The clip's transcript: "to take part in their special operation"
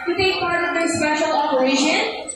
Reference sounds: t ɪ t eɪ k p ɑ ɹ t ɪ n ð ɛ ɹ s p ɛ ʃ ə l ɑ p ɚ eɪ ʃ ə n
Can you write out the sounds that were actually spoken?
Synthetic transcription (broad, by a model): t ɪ t eɪ k p ɑ ɹ t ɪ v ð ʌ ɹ s p ɛ ʃ ə l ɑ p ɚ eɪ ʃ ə n